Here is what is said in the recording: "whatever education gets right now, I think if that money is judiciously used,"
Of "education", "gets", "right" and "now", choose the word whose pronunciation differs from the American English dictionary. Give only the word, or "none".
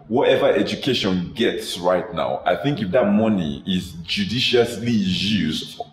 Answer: none